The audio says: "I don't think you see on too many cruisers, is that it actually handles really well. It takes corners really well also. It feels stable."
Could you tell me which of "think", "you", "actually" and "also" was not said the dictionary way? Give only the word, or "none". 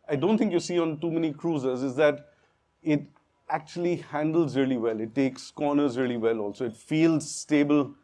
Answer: think